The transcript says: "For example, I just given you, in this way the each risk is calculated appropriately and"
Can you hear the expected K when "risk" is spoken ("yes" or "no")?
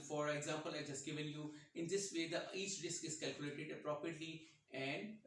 yes